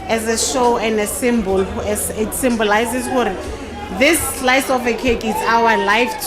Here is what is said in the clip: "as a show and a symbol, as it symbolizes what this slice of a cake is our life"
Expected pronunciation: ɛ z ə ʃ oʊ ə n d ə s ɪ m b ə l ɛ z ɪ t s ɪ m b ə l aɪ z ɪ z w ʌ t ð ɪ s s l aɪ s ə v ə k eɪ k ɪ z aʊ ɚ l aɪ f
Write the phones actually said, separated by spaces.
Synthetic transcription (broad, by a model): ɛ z ə ʃ oʊ ə n d ə s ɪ m b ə l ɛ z ɪ t s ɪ m b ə l aɪ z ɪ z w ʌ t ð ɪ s s l aɪ s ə f ə k eɪ k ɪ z aʊ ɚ l aɪ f